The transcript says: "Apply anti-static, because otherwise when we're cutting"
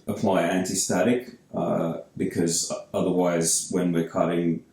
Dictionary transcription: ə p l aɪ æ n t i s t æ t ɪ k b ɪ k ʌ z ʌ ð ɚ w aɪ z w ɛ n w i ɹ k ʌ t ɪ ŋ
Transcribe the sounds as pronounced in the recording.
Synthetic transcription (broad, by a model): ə p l aɪ æ n t i s t æ t ɪ k b ɪ k ʌ z ʌ ð ɚ w aɪ z w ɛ n w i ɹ k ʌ t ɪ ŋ